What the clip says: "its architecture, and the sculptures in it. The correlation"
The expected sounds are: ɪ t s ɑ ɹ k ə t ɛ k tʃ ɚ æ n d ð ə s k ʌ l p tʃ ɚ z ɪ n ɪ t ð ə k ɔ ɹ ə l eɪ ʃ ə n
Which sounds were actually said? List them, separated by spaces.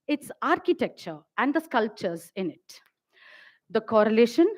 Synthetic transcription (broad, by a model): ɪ t s ɑ ɹ k ə t ɛ k tʃ ɚ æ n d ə s k ʌ l p tʃ ɚ z ɪ n ɪ t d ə k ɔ ɹ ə l eɪ ʃ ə n